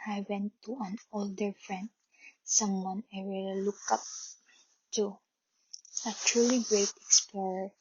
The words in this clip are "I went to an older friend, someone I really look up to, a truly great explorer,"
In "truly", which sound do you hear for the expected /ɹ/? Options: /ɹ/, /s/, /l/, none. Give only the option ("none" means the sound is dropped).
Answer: /ɹ/